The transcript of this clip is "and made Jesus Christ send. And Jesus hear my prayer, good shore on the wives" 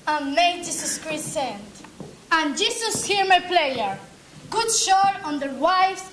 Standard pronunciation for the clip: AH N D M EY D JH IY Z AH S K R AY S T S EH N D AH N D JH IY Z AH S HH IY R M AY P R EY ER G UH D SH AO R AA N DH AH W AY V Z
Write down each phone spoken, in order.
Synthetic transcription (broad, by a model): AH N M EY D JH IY S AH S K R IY T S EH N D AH N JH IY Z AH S HH IY R M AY P L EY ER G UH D SH AO R AA N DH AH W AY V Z